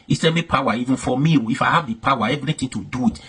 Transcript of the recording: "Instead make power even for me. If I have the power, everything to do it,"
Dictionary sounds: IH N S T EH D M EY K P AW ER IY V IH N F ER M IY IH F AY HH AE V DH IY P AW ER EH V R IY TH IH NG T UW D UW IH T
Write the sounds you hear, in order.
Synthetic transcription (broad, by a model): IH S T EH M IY P AW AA IY V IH N F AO M IY IH F AY HH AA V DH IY P AW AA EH V R IY T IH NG T UW D UW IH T